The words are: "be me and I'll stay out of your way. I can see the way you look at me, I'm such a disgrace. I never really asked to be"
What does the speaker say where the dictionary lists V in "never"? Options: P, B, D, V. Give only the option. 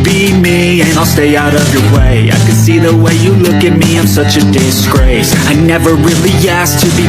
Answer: V